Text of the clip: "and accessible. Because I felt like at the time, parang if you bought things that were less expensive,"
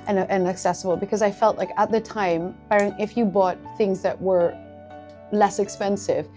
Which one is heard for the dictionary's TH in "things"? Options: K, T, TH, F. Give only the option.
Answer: TH